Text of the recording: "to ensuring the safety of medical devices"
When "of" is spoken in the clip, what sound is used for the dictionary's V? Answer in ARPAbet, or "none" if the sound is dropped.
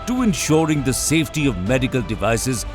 V